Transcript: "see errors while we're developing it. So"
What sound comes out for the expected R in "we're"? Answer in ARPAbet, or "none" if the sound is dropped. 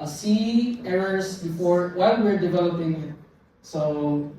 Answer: R